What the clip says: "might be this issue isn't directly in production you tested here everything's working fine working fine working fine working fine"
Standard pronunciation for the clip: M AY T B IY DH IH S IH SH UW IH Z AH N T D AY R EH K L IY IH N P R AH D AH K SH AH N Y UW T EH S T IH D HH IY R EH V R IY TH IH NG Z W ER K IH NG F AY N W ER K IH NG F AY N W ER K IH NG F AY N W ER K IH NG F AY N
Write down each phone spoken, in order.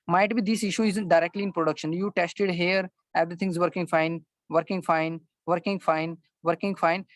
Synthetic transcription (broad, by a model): M AY T B IY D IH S IH SH UW IH Z AH N T D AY R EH K L IY IH N P R AH D AH K SH AH N Y UW T EH S T IH D HH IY R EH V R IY T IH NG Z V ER K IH NG F AY N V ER K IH NG F AY N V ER K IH NG F AY N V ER K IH NG F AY N